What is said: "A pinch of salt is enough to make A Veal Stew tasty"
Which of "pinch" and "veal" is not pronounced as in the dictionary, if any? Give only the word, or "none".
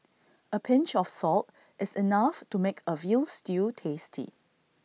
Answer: none